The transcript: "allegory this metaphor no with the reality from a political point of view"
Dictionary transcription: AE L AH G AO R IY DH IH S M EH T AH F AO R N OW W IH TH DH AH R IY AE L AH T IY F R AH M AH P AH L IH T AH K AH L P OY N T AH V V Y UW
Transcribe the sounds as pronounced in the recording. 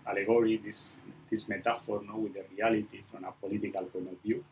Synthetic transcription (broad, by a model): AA L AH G AO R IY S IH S M EH T AH F AO R N OW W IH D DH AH R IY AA L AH T IY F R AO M AH P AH L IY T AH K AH L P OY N AH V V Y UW